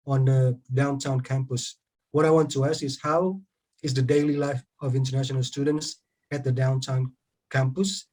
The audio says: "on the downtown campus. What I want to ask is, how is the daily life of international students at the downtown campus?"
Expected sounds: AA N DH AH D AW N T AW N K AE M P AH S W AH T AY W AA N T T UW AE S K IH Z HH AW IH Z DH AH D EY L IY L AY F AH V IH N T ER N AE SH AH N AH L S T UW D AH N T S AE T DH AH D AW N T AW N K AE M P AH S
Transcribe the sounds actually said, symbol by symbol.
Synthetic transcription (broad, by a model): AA N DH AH D AW N T AW N K AE M P AH S W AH T AY W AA N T T UW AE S IH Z HH AW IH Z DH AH D EY L IY L AY F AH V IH N T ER N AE SH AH N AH L S T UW D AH N T S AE T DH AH D AW N T AW N K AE M P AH S